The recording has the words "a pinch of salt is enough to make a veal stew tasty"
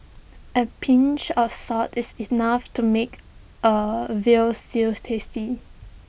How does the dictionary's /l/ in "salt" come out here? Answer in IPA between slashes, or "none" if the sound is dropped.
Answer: none